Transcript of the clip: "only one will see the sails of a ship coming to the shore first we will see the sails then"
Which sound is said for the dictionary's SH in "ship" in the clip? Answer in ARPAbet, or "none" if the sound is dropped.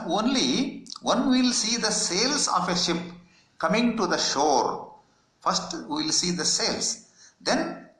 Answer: SH